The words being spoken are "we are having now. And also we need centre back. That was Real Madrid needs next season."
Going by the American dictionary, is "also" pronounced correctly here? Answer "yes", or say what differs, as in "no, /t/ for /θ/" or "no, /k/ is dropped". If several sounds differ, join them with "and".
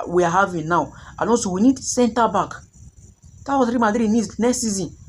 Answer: no, /n/ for /l/